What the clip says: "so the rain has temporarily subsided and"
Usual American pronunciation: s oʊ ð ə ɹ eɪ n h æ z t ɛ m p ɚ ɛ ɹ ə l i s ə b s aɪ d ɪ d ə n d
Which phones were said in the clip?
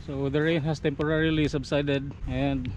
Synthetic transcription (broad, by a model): s oʊ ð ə ɹ eɪ n h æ s t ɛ m p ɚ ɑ ɹ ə l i s ə b s aɪ d ɪ d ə n d